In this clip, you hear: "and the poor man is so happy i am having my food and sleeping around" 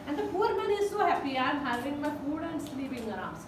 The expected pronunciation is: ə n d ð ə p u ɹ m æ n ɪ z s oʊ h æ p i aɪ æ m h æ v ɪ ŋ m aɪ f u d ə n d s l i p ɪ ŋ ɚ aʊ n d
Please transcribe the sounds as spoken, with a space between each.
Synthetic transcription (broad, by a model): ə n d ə p u ɹ m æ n ɪ z s oʊ h æ p i aɪ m h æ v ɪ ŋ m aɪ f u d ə n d s l i p ɪ ŋ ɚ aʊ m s